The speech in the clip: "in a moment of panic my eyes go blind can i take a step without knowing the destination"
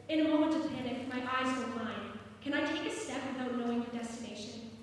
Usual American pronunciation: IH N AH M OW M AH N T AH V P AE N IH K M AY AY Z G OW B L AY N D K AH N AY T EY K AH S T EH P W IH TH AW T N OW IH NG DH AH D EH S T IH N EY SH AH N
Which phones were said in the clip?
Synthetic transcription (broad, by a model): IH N AH M OW M AH N T AH V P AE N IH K M AY AY Z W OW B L AY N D K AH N AY T EY K AH S T EH P W IH TH AW T N OW IH NG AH D EH S T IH N EY SH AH N